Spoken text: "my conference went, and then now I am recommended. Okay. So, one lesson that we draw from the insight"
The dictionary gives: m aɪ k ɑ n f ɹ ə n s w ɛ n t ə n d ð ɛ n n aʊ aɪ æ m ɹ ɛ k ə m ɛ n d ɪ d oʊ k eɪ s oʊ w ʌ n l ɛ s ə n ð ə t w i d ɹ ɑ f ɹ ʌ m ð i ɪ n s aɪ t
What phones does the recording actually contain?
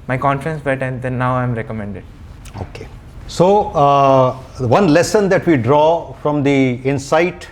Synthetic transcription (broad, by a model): m aɪ k ɑ n f ɹ ə n s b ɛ t ə n d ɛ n n aʊ aɪ m ɹ ɛ k ə m ɛ n d ɪ d oʊ k eɪ s oʊ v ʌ n l ɛ s ə n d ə t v i d ɹ ɑ f ɹ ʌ m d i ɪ n s aɪ t